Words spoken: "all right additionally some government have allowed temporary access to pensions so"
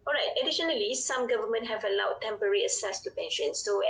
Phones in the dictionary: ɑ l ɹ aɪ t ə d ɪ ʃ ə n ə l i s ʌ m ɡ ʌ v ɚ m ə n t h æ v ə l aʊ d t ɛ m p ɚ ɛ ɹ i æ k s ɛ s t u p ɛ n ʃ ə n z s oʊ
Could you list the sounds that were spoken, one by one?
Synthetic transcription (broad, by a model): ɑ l ɹ aɪ t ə d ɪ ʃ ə n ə l i s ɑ m ɡ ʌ v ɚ m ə n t h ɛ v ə l aʊ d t ɛ m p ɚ ɹ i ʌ s ɛ s t u p ɛ n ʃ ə n s oʊ